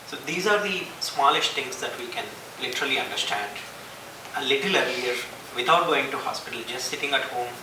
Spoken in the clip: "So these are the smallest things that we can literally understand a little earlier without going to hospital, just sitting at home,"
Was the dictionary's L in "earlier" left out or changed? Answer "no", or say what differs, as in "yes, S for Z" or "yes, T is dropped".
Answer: yes, L is dropped